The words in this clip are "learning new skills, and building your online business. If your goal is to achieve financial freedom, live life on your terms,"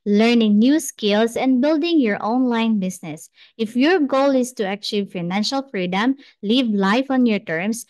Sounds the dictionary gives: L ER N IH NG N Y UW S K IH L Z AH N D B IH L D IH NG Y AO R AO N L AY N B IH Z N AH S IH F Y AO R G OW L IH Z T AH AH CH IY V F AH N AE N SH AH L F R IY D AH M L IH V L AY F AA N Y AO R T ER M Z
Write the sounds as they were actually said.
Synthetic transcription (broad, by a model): L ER N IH NG N Y UW S K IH L S AH N D B IH L D IH NG Y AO R AO N L AY N B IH S N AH S IH F Y AO R G OW L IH S T AH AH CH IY V F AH N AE N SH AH L F R IY D AH M L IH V L AY F AA N Y AO R T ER M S